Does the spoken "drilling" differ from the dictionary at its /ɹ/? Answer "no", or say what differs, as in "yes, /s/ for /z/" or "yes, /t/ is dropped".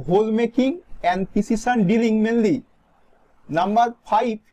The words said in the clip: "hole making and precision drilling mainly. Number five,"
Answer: yes, /ɹ/ is dropped